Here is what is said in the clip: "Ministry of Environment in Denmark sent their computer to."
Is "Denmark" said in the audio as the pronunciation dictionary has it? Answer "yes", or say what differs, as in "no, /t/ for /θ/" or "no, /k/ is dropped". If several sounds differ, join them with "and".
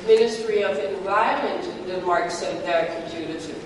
no, /n/ is dropped